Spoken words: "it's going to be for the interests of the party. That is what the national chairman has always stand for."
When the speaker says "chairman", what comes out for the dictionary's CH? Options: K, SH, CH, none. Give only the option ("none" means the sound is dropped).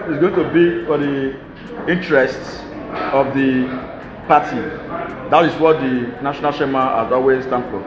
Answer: SH